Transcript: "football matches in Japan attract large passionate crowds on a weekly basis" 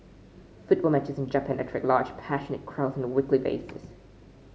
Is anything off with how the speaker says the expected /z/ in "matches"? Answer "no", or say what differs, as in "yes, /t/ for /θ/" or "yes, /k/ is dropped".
no